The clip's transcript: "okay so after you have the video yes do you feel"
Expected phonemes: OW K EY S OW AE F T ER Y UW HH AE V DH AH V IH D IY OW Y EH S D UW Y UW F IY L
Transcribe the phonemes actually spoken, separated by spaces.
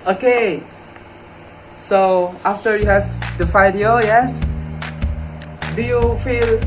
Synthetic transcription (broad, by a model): OW K EY S OW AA F T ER Y UW HH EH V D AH F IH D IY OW Y EH S D UW Y UW F IY L